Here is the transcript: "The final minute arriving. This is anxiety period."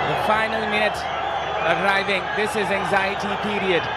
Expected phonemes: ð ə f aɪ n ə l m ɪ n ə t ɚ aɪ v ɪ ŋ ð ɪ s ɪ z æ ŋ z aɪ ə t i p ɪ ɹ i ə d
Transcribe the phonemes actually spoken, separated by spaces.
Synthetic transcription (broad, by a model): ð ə f aɪ n ə l m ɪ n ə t ɚ aɪ v ɪ ŋ ð ɪ s ɪ z æ ŋ z aɪ ə t i p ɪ ɹ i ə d